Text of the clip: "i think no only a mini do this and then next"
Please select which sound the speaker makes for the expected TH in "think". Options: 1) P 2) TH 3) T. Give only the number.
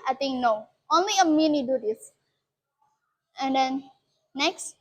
3